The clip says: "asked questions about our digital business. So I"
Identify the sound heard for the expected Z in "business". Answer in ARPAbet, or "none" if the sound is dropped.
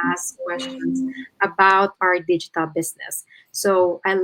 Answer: S